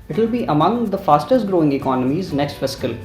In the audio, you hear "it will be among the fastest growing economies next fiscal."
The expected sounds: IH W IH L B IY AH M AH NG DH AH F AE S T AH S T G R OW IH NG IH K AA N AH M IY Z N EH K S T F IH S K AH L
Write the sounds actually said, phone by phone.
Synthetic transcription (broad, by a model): IH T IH L B IY AH M AH NG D AH F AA S T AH S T G R OW IH NG IH K AA N AH M IY Z N EH K S T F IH S K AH L